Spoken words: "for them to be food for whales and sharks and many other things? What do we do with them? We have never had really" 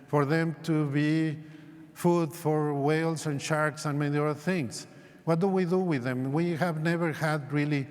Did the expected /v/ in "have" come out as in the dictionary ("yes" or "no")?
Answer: yes